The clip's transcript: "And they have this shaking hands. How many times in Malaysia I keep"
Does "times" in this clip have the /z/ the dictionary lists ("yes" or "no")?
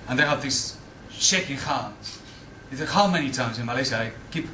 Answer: yes